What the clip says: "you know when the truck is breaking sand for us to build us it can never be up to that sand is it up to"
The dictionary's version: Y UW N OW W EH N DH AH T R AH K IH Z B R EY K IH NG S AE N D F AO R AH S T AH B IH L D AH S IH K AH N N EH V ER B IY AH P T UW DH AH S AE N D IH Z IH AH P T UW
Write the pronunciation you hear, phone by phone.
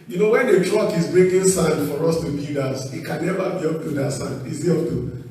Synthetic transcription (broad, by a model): Y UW N OW W EH N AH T R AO K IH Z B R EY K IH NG S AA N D F AO R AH S T AH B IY D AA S IH K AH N N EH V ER B IY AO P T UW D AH S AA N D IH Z IH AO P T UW